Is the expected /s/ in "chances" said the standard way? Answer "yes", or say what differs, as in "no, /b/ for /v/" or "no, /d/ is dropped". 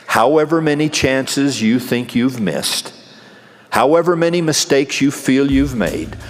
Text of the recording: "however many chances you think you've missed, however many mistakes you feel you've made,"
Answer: yes